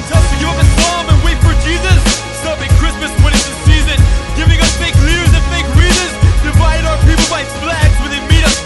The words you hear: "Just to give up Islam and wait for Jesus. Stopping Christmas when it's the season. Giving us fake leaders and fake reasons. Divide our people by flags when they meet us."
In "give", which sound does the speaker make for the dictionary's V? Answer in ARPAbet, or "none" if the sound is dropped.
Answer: none